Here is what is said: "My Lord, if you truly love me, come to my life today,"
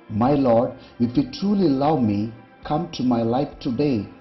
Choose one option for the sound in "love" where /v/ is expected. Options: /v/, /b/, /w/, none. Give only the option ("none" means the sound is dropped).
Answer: /w/